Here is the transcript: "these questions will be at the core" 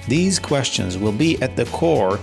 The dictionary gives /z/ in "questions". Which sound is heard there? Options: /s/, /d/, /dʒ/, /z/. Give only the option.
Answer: /z/